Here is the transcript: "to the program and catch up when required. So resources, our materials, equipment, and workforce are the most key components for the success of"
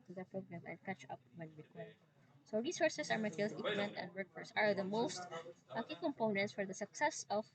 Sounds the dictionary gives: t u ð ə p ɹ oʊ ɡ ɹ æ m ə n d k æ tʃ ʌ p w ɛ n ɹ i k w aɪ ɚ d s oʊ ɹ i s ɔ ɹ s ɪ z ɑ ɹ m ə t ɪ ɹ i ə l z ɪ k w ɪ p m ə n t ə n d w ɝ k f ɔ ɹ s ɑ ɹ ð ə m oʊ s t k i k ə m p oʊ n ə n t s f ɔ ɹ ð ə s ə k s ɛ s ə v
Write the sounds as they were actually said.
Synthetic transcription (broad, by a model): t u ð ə p ɹ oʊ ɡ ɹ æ m ə n d k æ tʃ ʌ p w ɛ n w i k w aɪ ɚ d s oʊ ɹ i s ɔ ɹ s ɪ s ɑ ɹ m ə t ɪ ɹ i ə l s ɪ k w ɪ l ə n t ə n d w ɝ k f ɔ ɹ s ɑ ɹ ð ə m oʊ s t k i k ə m p oʊ n ə n t s f ɔ ɹ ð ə s ə k s ɛ s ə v